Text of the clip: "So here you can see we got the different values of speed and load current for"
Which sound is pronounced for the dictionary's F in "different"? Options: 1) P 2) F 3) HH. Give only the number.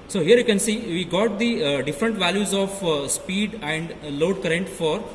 2